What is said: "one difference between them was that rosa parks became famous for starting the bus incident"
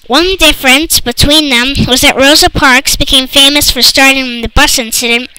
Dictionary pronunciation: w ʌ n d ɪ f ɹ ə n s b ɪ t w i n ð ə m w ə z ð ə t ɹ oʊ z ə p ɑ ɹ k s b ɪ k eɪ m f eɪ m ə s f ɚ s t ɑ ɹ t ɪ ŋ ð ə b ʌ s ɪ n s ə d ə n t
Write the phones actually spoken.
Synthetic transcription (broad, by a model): w ʌ n d ɪ f ɹ ə n s b ɪ t w i n ð ə m w ə z ð ə t ɹ oʊ z ə p ɑ ɹ k s b ɪ k eɪ m f eɪ m ə s f ɚ s t ɑ ɹ t ɪ ŋ ð ə b ʌ s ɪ n s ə d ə n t